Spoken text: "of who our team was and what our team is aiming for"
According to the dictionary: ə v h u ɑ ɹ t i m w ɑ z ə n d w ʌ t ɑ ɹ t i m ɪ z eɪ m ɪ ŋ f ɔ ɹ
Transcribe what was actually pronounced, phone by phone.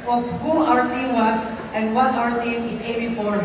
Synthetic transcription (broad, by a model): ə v h u ɑ ɹ t i m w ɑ s ə n d w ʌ t ɑ ɹ t i m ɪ s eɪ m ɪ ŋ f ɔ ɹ